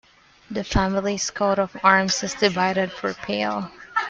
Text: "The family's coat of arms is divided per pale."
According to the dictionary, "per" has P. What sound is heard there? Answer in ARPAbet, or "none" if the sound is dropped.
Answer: F